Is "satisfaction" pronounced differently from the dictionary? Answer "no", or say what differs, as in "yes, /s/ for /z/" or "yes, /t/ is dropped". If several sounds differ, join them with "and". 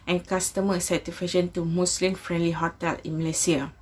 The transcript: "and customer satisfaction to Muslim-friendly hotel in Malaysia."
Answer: yes, /s/ is dropped and /k/ is dropped